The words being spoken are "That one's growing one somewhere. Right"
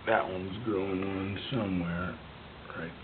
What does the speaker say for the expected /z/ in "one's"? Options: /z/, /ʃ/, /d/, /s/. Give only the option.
/z/